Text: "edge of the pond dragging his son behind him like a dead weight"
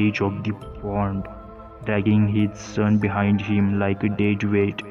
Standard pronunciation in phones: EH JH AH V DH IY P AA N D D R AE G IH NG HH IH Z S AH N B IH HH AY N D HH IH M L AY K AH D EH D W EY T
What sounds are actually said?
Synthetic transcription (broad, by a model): EH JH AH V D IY F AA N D D R AE G IH NG HH IH Z S AH N B IH HH AY N D HH IH M L AY K AH D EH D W EY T